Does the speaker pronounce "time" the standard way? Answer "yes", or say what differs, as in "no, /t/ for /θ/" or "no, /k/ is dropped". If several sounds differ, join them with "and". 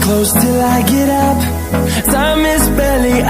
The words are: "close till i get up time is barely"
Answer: no, /s/ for /t/